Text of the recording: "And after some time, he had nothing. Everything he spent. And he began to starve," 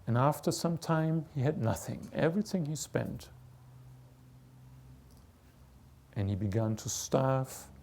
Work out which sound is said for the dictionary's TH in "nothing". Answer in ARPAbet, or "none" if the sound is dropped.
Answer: TH